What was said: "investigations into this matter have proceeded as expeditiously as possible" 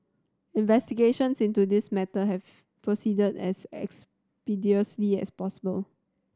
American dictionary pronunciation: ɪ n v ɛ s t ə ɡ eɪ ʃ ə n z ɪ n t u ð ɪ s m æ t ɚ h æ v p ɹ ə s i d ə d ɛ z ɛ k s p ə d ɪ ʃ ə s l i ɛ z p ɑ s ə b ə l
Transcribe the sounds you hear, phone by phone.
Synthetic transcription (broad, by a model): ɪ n v ɛ s t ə ɡ eɪ ʃ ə n s ɪ n t u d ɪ s m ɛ t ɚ h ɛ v p ɹ ə s i d ə d ɛ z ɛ k s p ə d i ə s l i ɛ s p ɑ s ə b ə l